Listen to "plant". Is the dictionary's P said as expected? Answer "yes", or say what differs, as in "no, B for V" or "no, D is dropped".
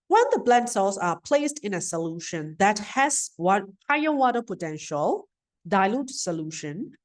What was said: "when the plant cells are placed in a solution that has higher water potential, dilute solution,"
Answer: no, B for P